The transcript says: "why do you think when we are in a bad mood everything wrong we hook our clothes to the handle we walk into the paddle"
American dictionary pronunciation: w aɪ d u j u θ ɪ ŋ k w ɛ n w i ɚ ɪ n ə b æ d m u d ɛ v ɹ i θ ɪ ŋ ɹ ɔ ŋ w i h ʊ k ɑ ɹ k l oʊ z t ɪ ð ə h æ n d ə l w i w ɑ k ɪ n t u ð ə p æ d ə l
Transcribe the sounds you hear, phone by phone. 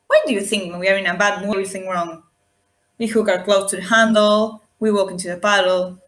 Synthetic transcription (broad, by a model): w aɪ d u j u θ ɪ ŋ k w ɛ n w i ɚ ɪ n ə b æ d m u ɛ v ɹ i θ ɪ ŋ ɹ ɔ ŋ w i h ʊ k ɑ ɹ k l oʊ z t ɪ ð ə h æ n d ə l w i w ɑ k ɪ n t u ð ə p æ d l